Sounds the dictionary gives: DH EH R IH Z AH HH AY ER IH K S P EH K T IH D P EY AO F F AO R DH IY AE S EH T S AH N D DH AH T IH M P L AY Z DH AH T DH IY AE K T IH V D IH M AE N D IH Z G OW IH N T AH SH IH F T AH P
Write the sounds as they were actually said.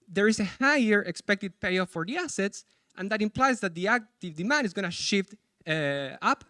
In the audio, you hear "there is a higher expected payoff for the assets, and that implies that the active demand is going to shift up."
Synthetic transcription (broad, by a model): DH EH R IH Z AH HH AY ER IH K S P EH K T IH D P EY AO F F AO R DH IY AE S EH T S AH N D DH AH T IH M P L AY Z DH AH T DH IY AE K T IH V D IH M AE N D IH Z G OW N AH SH IH F T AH P